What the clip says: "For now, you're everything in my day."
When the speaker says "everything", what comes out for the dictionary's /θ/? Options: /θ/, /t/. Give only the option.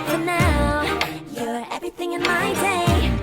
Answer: /θ/